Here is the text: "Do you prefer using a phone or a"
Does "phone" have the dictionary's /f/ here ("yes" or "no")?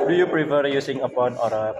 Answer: no